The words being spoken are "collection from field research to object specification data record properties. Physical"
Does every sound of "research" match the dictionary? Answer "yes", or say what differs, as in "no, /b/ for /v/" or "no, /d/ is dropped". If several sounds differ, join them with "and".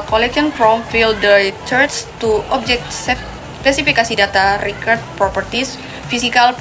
no, /s/ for /tʃ/